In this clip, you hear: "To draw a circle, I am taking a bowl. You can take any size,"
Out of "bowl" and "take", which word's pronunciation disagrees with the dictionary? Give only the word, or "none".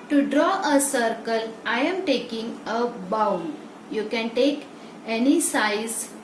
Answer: bowl